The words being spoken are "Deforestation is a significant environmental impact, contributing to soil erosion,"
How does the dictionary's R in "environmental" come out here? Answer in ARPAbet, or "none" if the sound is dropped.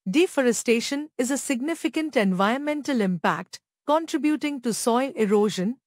none